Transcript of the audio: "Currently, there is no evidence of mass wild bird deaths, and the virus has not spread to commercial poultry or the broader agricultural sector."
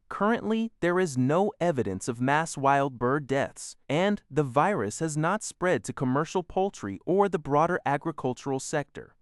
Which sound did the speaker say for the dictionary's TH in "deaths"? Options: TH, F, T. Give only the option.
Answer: TH